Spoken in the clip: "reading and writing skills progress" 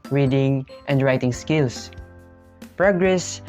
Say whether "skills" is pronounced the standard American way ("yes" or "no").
no